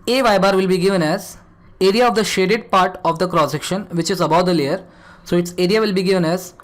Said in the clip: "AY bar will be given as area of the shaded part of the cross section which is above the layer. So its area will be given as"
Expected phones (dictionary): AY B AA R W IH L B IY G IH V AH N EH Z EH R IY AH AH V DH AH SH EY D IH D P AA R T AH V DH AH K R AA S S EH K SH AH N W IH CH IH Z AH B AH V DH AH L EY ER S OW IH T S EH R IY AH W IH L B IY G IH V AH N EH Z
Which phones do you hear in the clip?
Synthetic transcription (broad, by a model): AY B AA R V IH L B IY G IH V AH N EH Z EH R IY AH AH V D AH SH EY D IH D P AA R T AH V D AH K R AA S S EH K SH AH N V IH CH IH Z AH B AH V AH L EY ER S OW IH T S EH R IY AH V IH L B IY G IH V AH N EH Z